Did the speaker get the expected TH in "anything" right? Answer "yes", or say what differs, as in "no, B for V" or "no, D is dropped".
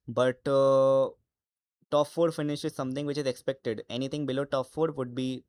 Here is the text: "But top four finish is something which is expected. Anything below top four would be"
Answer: no, T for TH